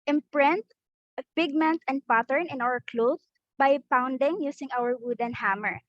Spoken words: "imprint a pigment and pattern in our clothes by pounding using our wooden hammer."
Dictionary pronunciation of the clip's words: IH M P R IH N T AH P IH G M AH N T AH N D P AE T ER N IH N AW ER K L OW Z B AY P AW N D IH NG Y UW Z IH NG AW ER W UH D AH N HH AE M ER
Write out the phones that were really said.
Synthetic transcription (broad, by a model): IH M P R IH N T P IH G M AH N T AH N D P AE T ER N IH N AW ER K L OW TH B AY P AW N D IH NG Y UW S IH NG AW ER W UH D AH N HH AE M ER